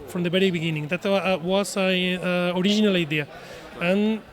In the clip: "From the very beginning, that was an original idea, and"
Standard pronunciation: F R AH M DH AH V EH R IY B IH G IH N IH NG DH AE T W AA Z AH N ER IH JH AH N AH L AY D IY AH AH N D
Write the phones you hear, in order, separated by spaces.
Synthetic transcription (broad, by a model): F R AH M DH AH B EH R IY B IH G IH N IH NG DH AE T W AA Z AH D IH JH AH N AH L AY D IY AH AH N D